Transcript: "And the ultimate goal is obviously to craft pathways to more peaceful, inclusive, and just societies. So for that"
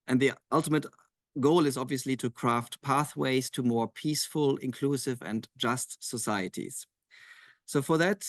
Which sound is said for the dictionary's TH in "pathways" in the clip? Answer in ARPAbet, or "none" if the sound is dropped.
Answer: TH